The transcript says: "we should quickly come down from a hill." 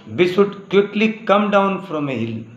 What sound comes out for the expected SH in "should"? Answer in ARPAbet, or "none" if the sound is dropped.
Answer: S